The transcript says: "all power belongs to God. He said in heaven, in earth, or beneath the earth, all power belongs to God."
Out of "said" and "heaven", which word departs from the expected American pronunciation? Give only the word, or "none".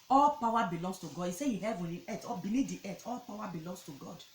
said